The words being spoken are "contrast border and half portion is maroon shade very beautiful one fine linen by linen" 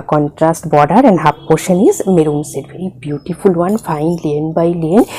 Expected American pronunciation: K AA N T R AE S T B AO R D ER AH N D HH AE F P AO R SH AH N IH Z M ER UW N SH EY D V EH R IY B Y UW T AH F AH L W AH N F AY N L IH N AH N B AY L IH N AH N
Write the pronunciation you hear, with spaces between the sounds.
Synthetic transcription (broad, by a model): K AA N T R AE S T B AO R D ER AH N D HH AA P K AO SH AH N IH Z M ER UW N S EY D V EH R IY B Y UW T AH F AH L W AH N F AY N L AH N B AY L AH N